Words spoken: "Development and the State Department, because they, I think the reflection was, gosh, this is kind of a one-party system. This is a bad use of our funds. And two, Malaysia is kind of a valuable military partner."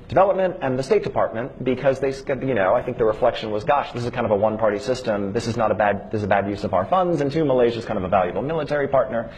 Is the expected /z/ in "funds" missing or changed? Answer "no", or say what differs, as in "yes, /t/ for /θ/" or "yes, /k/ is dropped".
no